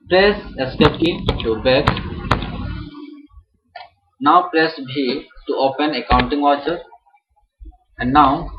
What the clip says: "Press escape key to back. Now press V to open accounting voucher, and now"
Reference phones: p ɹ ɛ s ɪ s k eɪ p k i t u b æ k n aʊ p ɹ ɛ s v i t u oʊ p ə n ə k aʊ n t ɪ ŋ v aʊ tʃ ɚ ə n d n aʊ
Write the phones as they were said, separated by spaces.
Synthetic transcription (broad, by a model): p ɹ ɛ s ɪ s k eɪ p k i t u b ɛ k n aʊ p ɹ ɛ s b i t u oʊ p ə n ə k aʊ n t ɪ ŋ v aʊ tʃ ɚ ə n d n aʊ